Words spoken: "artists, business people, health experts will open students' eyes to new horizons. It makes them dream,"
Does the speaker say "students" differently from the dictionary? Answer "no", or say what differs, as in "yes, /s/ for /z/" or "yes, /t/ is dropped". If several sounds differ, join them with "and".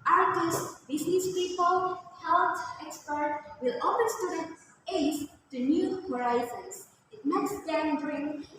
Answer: yes, /n/ is dropped